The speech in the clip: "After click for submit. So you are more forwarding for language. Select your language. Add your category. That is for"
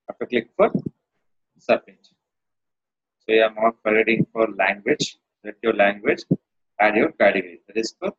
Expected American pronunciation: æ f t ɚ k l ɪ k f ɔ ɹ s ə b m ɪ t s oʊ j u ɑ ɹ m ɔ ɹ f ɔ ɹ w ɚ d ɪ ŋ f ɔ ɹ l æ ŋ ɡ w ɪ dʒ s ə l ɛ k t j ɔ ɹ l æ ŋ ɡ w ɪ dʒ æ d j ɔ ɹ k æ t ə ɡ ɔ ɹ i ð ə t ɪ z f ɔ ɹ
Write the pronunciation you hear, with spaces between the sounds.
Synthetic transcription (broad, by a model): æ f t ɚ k l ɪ k f ɔ ɹ s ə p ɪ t s oʊ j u ɑ ɹ m ɔ ɹ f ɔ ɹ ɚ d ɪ ŋ f ɔ ɹ l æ ŋ ɡ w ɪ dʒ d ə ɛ t j ɔ ɹ l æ ŋ ɡ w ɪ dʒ æ d j ɔ ɹ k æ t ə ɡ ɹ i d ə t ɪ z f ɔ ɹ